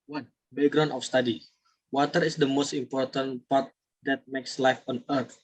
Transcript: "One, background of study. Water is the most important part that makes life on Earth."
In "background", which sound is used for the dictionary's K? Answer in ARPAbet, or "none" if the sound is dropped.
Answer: none